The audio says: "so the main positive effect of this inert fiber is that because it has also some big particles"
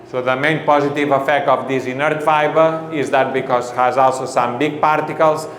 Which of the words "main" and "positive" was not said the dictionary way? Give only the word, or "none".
none